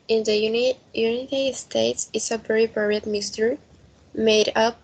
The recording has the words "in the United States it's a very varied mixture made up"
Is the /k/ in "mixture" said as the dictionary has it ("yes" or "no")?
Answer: no